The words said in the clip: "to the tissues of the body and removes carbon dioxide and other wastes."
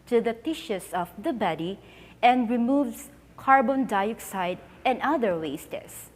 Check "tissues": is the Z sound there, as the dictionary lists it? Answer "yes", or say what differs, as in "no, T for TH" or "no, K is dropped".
no, S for Z